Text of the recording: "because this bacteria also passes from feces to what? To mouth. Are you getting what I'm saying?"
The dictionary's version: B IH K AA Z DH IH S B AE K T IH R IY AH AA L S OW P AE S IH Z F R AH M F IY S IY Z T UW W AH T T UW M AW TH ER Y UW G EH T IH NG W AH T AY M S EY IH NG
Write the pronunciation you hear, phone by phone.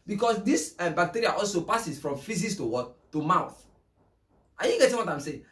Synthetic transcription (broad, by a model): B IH K AA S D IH S B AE K T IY R IY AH AA L S OW P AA S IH S F R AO M F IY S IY S T UW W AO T T UW M AW TH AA Y UW G EH T IH NG W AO T AY M S EY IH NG